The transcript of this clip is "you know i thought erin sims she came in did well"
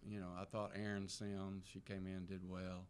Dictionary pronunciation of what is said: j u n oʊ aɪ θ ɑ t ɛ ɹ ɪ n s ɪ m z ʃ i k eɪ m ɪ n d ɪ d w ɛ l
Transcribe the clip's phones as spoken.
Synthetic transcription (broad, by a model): j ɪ n oʊ aɪ θ ɑ t ɛ ɹ ɪ n s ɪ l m ʃ i k eɪ m ɪ n d ɪ d w ɛ l